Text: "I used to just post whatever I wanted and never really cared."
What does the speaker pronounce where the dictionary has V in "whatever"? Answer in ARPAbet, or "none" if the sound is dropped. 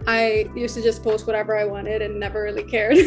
V